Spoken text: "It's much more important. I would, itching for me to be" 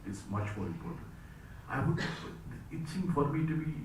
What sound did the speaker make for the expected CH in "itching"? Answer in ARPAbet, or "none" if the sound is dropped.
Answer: S